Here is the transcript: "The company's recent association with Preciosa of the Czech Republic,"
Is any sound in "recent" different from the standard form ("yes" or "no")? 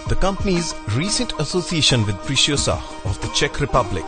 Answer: no